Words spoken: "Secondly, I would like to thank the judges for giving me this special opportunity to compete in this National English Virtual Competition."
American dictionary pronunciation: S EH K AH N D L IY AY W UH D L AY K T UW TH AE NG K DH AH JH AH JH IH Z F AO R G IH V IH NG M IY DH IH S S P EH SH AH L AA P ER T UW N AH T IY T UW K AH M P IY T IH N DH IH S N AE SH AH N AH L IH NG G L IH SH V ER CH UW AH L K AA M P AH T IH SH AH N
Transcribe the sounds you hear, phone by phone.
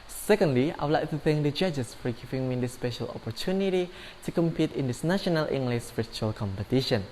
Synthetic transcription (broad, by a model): S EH K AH N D L IY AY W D L AY K T UW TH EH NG K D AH JH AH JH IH S F AO R G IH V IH NG M IY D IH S S P EH SH AH L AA P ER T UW N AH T IY T UW K AH M P IY T IH N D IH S N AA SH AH N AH L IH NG G L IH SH P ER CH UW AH L K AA M P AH T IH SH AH N